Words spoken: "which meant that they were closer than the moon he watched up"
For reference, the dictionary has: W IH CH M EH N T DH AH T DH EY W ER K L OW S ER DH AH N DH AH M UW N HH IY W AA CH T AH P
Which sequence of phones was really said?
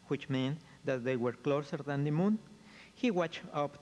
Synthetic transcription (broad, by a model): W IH CH M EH N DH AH T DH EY W ER K L OW S ER DH AH N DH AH M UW N HH IY W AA CH AH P